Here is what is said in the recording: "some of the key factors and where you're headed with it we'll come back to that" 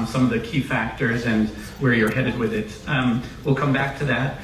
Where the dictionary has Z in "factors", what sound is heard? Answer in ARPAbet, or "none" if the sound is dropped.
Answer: Z